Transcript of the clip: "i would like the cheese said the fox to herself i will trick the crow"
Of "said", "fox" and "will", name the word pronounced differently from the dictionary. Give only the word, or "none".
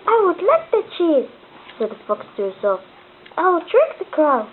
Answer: none